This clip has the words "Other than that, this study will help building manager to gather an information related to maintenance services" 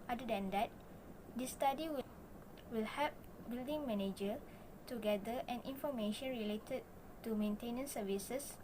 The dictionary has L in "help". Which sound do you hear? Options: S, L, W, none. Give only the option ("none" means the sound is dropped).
none